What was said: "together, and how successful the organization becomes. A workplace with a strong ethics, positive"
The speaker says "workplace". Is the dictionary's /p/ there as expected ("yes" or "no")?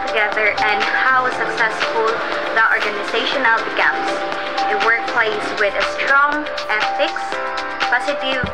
yes